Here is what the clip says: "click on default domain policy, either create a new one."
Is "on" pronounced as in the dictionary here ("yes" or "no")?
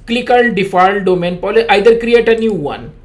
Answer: no